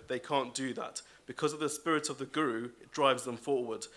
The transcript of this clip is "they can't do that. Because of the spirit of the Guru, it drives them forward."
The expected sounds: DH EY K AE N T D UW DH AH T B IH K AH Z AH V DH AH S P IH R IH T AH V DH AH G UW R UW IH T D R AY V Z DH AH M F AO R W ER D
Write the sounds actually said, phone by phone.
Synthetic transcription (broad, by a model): DH EY K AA N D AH DH AH T B IH K AH Z AH V DH AH S P IH R IH T AH V DH AH G UW R UW IH T D R AY V Z DH AH M F AO W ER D